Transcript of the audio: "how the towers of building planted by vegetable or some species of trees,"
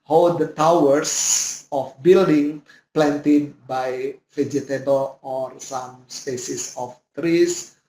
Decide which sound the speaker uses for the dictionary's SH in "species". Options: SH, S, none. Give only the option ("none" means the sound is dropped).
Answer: S